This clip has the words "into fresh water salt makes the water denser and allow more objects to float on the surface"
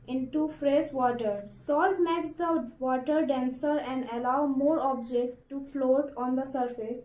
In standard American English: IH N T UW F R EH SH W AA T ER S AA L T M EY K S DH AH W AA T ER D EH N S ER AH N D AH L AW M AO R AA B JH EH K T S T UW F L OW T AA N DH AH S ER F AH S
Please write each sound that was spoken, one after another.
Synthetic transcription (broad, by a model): IH N T UW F R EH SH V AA T ER S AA L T M EY K S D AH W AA T ER D EH N S ER AH N D AH L AW M AO R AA B JH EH K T T UW F L OW T AA N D AH S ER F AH S